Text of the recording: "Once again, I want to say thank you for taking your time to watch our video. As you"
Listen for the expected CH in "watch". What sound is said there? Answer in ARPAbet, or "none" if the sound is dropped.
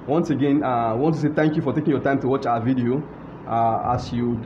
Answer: CH